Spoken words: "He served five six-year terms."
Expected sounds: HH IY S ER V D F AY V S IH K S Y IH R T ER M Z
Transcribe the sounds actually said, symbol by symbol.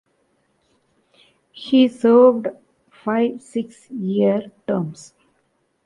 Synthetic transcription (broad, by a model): HH IY S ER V D F AY V S IH K S Y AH R T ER M S